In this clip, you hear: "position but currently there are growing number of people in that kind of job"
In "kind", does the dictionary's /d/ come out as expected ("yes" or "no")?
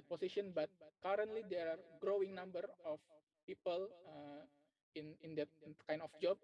no